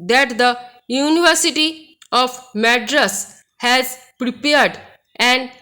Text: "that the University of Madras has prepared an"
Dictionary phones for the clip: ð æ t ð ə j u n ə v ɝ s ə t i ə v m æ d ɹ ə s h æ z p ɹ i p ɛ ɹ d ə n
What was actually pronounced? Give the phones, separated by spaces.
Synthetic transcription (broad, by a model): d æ t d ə j u n ə v ɝ s ə t i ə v m æ d ɹ ə s h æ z p ɹ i p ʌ ɹ d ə n